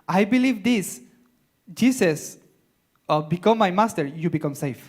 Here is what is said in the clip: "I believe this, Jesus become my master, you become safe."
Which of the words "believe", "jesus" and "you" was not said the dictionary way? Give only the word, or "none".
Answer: jesus